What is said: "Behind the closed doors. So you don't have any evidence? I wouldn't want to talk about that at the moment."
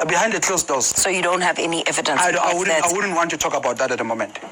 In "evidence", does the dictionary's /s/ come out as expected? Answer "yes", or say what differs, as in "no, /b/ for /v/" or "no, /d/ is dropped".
no, /s/ is dropped